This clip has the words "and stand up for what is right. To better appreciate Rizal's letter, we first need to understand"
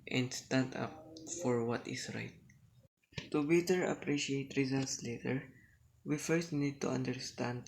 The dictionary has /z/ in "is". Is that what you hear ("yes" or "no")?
no